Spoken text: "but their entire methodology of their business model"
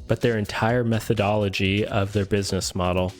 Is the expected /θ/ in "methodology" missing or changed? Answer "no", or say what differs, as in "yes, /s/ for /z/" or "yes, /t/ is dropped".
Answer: no